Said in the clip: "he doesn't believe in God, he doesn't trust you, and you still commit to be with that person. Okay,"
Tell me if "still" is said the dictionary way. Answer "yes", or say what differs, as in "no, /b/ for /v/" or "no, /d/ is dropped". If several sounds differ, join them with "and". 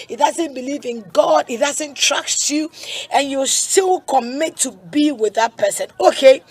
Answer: yes